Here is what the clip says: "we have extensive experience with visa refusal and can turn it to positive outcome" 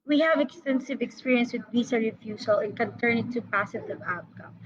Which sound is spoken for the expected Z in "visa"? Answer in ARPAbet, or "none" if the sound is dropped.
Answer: S